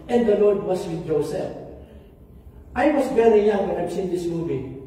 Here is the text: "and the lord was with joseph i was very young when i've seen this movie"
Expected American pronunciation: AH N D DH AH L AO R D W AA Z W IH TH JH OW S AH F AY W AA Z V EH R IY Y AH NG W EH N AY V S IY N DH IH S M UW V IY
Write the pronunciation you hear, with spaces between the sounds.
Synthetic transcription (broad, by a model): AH N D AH L AO R D W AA S W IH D JH OW S AH F AY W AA S V EH R IY Y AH NG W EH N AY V S IY N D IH S M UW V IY